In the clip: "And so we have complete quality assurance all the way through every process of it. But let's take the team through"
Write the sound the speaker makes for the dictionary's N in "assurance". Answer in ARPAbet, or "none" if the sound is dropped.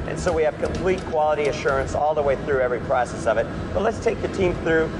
N